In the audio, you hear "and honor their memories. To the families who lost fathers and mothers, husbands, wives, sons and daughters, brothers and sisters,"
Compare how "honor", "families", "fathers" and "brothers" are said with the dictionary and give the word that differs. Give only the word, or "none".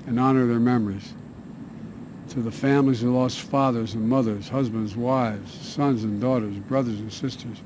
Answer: none